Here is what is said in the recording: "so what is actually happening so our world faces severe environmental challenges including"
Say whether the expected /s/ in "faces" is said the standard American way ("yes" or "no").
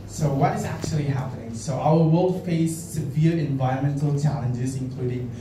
no